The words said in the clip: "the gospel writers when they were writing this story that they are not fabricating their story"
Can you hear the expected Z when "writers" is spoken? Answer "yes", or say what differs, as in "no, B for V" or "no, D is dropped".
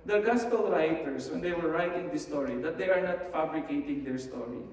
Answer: no, S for Z